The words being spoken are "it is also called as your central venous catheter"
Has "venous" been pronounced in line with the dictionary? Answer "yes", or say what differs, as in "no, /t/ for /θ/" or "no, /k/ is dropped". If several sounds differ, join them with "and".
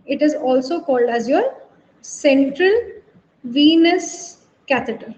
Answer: yes